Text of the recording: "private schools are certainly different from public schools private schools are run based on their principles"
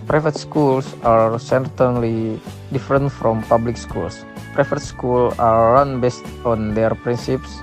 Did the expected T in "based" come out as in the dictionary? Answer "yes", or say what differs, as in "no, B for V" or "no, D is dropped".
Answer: yes